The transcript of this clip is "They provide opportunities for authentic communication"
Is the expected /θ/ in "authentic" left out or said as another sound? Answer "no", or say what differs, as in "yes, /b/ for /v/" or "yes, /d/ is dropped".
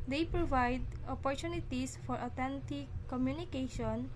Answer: yes, /t/ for /θ/